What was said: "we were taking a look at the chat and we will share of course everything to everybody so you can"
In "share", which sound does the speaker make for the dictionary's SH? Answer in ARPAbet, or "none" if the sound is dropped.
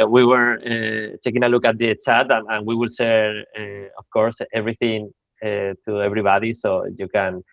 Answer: S